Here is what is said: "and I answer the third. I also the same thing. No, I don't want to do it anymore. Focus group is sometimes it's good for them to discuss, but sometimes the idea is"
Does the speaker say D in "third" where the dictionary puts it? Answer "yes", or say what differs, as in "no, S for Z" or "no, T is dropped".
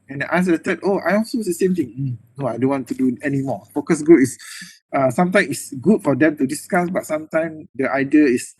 no, D is dropped